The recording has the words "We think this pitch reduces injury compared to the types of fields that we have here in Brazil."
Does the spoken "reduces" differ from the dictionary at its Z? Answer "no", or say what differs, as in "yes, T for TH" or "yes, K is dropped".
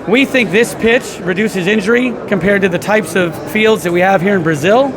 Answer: no